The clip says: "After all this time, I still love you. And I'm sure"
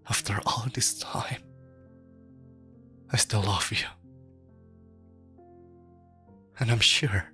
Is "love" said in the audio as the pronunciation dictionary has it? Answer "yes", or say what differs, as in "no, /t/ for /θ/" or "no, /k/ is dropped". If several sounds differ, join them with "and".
no, /f/ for /v/